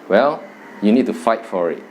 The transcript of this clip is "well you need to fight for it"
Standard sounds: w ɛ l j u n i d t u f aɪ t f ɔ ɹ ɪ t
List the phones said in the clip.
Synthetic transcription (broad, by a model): w ɛ l j u n i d t u f aɪ t f ɔ ɹ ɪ t